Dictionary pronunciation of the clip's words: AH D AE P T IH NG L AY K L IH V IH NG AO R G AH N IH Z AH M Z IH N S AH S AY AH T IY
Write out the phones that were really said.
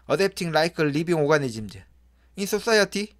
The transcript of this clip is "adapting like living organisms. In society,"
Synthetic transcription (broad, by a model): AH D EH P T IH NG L AY K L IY B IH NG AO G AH N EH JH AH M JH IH N S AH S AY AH T IY